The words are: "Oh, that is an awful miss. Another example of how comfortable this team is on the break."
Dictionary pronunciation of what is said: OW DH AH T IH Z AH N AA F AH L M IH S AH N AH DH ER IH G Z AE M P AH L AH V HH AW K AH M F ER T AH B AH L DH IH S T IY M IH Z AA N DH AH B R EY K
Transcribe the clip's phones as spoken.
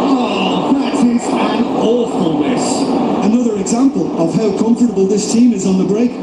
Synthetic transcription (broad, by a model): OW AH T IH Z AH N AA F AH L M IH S AH N AH DH ER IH G Z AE M P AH L AH V HH AW K AH M F ER T AH B AH L DH IH S T IY M IH Z N DH AH B R EY K